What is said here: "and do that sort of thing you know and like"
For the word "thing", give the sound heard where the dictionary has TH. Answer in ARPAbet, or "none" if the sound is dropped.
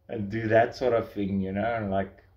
TH